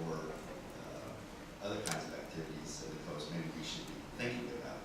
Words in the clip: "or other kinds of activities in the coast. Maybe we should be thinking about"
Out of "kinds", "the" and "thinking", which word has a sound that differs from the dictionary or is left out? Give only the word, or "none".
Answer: none